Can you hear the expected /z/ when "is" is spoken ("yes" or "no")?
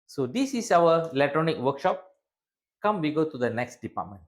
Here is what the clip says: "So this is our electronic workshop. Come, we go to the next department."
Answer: no